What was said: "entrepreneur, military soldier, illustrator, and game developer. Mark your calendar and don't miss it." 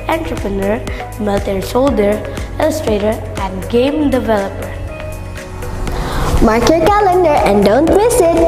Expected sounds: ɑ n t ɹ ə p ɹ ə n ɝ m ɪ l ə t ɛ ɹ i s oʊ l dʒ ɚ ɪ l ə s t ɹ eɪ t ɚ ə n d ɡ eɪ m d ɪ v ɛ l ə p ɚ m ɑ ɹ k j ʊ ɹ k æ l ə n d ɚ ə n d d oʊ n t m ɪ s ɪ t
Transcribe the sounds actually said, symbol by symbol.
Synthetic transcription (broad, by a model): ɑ n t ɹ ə p ɹ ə n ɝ m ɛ l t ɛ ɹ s oʊ l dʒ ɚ ɪ l ə s t ɹ eɪ t ɚ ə n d ɡ eɪ m d ɪ v ɛ l ə p ɚ m ɑ ɹ k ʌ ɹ k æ l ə n d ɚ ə n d d oʊ n t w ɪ s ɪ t